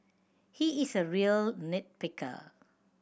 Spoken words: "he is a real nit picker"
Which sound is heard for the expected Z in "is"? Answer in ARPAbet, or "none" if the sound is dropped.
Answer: S